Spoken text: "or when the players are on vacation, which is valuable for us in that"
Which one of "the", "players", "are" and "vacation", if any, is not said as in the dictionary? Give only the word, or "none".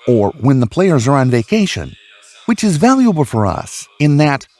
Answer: none